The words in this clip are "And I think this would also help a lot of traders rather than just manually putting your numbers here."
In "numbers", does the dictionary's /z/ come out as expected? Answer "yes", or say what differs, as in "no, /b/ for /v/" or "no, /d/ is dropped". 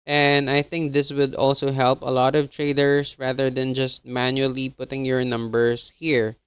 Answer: no, /s/ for /z/